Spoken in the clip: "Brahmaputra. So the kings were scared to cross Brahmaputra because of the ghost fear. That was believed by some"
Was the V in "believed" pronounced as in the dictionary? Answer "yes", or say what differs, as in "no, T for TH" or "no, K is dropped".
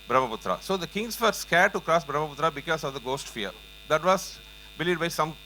no, V is dropped